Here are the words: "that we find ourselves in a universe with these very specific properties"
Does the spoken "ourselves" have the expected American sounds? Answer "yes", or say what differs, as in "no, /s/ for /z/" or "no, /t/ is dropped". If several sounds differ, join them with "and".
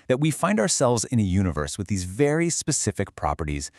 yes